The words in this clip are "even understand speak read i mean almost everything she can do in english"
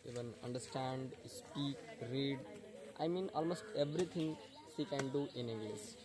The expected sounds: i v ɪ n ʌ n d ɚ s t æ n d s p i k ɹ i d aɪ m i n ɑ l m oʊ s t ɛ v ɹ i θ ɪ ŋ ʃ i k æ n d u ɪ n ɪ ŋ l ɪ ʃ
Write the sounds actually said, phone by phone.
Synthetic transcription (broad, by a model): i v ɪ n ʌ n d ɚ s t æ n d s p i k ɹ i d aɪ m i n ɑ l m oʊ s t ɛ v ɹ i t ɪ ŋ s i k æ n d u ɪ n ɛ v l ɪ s